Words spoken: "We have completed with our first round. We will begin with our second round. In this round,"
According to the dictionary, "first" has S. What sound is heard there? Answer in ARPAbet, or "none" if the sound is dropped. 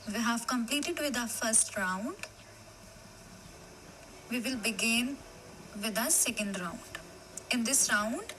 S